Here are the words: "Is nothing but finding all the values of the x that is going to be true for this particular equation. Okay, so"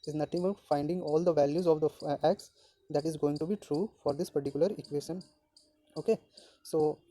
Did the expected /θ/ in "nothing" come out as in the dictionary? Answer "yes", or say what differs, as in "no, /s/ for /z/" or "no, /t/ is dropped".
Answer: no, /t/ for /θ/